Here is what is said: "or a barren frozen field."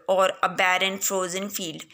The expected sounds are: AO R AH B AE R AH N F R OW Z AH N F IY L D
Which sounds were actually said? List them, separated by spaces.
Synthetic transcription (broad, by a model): AO R AH B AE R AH N F R OW Z AH N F IY L D